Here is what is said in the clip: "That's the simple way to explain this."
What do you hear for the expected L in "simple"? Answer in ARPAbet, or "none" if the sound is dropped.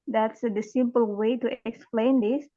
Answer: L